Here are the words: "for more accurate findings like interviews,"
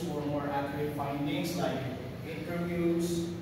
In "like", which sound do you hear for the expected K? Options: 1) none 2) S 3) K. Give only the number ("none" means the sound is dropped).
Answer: 1